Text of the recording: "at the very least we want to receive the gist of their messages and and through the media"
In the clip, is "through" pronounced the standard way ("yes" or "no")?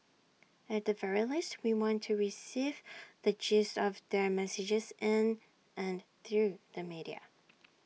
yes